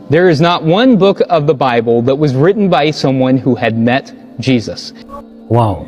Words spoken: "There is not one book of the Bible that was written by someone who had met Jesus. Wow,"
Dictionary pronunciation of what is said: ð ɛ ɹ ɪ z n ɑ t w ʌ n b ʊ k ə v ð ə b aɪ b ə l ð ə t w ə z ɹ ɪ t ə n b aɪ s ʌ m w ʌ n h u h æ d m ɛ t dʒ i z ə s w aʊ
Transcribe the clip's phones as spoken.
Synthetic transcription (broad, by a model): ð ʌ ɹ ɪ z n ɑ t w ʌ n b ʊ k ə v ð ə b aɪ b ə l ð ə t w ə z ɹ ɪ t n b aɪ s ʌ m w ʌ n h u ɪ d m ɛ t dʒ i z ə s w aʊ